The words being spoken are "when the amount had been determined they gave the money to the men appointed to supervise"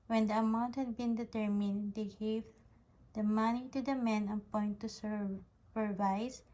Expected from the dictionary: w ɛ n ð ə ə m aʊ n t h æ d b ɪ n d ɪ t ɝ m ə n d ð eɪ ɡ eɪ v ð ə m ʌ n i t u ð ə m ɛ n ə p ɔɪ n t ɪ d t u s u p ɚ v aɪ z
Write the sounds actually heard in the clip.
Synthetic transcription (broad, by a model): w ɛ n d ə ə m aʊ n t h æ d b ɪ n d ɪ t ɝ m ə n d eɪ ɡ eɪ v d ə m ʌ n i t u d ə m ɛ n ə p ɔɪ n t t u s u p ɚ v aɪ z